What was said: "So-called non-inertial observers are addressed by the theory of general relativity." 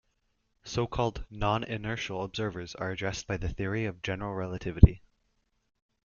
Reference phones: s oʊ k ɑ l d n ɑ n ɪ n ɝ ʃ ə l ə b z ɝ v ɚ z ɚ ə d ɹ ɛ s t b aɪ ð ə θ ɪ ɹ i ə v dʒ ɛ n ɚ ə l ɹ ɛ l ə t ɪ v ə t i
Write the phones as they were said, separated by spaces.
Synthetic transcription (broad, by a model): s oʊ k ɑ l d n ɑ n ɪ n ɝ ʃ l ə b z ɝ v ɚ z ɚ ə d ɹ ɛ s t b aɪ ð ə θ ɪ ɹ i ə v dʒ ɛ n ɚ l ɹ ɛ l ə t ɪ v ə t i